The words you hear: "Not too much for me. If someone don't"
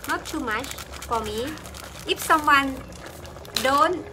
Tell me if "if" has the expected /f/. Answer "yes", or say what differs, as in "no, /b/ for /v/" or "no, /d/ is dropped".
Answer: no, /p/ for /f/